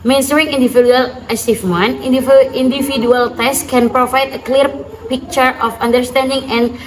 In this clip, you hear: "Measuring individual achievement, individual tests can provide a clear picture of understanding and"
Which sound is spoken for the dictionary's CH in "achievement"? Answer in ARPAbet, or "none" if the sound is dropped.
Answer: S